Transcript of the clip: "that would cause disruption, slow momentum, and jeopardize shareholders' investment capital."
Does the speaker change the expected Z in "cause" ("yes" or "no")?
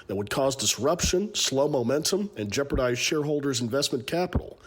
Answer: no